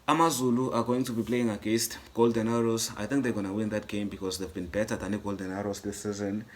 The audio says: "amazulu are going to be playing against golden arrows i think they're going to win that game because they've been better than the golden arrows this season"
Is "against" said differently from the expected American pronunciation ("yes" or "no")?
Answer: yes